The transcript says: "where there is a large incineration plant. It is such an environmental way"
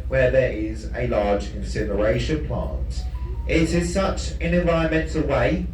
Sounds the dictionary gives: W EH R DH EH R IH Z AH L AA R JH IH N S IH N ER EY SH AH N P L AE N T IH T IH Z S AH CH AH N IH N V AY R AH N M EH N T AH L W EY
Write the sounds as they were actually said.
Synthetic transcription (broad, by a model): W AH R DH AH R IH Z AH L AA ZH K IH N S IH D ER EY SH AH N P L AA N T IH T IH Z S AH CH AH N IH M V AY R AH N M EH N T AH L W EY